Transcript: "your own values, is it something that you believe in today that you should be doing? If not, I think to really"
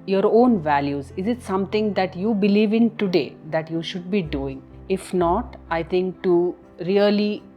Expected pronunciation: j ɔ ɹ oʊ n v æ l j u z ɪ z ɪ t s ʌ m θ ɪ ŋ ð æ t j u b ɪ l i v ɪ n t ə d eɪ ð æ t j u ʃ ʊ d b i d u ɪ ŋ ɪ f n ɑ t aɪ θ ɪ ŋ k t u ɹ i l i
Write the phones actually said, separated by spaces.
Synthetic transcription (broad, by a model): j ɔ ɹ oʊ n v æ l j u z ɪ z ɪ t s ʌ m t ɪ ŋ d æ t j u b ɪ l i v ɪ n t ə d eɪ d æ t j u ʃ ʊ d b i d u ɪ ŋ ɪ f n ɑ t aɪ t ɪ ŋ k t u ɹ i l i